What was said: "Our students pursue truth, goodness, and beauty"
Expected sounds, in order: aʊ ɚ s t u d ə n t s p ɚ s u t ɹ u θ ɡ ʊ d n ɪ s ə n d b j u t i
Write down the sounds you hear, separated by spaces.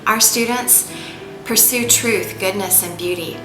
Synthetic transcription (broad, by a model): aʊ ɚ s t u d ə n t s p ɚ s u t ɹ u θ ɡ ʊ d n ɪ s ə n b j u t i